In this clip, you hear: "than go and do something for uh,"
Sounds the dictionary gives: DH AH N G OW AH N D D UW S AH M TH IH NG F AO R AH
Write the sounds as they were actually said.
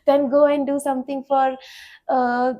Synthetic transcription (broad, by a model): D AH N G OW AH N D D UW S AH M T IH NG F AO R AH